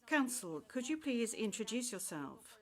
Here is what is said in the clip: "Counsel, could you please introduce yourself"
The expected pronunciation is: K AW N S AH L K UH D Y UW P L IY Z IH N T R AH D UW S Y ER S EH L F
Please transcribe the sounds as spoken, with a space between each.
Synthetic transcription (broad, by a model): K AW N S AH L K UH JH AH P L IY Z IH N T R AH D UW S Y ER S EH L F